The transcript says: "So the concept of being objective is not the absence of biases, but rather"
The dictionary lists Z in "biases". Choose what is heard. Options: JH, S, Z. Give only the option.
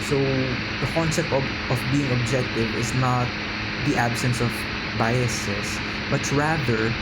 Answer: S